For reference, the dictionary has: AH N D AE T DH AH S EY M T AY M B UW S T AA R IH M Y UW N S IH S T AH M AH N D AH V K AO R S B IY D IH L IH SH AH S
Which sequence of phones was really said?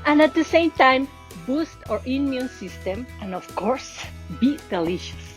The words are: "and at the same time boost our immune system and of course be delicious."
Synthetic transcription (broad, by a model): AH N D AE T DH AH S EY M T AY M B UW S T AA R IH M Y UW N S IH S T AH M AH N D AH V K AO R S B IY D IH L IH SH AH S